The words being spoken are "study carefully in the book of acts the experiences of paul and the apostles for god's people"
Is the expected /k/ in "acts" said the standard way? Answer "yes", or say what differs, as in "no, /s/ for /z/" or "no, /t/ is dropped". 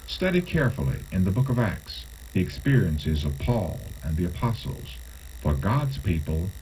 yes